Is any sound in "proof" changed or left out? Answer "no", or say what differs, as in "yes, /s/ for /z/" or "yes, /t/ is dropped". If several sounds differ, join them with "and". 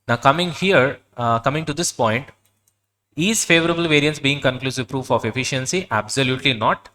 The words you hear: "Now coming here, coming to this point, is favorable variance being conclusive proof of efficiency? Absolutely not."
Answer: no